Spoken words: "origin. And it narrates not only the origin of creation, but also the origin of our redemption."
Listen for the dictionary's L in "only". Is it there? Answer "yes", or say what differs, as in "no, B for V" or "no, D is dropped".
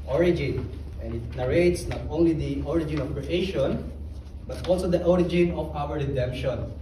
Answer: yes